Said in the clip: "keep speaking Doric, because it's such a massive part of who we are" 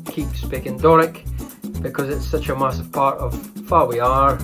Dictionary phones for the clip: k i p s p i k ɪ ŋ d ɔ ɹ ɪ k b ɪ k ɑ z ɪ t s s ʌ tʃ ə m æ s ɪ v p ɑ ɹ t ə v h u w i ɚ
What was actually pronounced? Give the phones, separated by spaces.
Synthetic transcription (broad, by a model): k i p s p i k ɪ ŋ d ɔ ɹ ɪ k b ɪ k ɑ z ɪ t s s ʌ tʃ ə m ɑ s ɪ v p ɑ ɹ t ə v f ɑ w i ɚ